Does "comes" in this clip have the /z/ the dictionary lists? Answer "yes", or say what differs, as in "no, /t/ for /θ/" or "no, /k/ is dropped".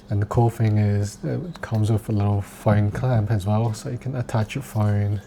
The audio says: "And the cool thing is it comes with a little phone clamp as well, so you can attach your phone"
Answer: yes